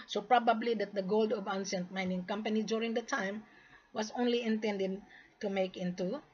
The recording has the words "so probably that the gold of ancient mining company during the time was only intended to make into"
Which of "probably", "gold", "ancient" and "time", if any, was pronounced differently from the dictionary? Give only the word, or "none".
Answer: ancient